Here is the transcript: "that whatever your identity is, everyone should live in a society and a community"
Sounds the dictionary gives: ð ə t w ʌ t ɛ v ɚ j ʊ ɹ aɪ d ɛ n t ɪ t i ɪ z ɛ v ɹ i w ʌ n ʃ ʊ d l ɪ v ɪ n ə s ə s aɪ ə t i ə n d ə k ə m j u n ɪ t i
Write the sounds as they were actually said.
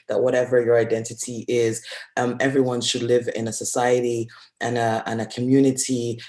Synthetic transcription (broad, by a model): ð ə t w ʌ t ɛ v ɚ j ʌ ɹ aɪ d ɛ n t ɪ t i ɪ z ɛ v ɹ i w ʌ n ʃ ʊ d l ɪ v ɪ n ə s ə s aɪ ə t i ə n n ə k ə m j u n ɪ t i